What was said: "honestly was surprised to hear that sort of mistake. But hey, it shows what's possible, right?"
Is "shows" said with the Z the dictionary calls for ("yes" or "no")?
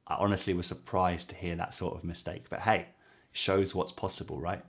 yes